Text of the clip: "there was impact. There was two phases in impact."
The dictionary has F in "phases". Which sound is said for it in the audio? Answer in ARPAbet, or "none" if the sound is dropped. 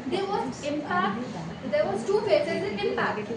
P